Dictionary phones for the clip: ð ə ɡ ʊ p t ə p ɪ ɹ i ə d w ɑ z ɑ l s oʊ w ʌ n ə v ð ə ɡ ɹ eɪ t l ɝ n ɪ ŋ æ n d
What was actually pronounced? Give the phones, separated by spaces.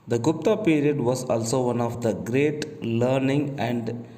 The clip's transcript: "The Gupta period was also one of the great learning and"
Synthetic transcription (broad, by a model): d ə ɡ ʊ p t ə p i ɹ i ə d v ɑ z ɑ l s oʊ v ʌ n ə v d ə ɡ ɹ eɪ t l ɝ n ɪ ŋ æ n d